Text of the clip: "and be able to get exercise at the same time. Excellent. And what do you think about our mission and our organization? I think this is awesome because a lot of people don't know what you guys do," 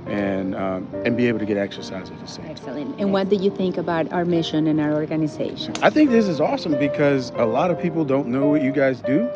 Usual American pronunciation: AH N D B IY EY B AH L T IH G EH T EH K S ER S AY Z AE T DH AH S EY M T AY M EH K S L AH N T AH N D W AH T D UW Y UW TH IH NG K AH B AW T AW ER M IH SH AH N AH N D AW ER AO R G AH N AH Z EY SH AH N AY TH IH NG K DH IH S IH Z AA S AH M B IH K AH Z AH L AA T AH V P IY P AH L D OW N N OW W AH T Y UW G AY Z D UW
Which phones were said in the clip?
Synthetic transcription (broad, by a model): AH N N B IY EY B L T IH G EH T EH K S ER S AY Z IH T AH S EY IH EH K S L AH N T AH N W AH T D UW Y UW TH IH NG K AH B AW T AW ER M IH SH AH N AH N AW ER AO R G AH N AH Z EY SH AH N AY TH IH NG K DH IH S IH Z AA S AH M B IH K AH Z AH L AA T AH V P IY P L D OW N N OW W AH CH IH G AY Z D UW